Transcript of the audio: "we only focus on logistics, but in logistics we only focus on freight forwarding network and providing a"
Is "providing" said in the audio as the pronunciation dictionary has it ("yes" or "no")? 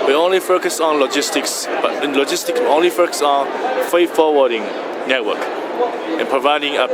yes